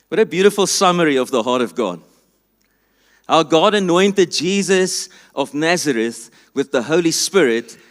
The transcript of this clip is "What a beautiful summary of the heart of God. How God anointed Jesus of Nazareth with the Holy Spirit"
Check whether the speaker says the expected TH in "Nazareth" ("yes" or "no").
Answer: yes